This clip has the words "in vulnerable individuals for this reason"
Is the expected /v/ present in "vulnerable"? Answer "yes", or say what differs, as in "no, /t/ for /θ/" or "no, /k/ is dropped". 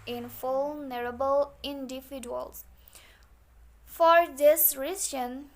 no, /f/ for /v/